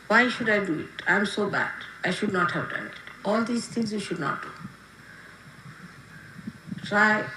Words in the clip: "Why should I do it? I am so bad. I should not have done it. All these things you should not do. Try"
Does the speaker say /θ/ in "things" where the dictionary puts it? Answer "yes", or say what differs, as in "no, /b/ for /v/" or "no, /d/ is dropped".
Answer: no, /t/ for /θ/